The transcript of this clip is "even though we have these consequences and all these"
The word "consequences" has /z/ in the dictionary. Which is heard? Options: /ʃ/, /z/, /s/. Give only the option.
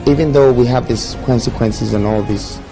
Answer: /z/